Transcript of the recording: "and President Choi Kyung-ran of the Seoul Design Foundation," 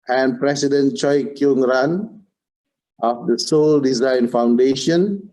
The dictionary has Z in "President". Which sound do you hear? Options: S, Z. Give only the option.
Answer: S